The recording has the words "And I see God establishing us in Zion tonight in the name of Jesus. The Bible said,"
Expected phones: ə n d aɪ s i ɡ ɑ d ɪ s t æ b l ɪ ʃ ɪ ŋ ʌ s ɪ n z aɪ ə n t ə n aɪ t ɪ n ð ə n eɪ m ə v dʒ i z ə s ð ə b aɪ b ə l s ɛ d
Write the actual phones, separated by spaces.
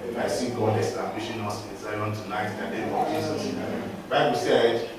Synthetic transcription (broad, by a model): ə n aɪ s i ɡ ɑ d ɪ s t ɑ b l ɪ ʃ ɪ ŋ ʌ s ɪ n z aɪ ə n t ə n aɪ t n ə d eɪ ə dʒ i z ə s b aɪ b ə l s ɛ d